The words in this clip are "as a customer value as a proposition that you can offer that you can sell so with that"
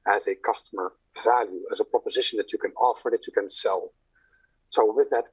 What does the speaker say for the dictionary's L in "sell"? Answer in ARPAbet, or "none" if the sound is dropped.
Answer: L